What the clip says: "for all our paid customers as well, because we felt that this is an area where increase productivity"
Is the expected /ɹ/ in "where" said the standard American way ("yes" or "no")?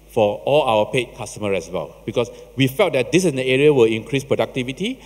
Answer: no